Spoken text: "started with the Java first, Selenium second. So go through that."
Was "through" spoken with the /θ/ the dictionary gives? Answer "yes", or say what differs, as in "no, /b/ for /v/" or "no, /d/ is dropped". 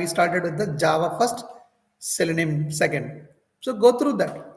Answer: no, /t/ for /θ/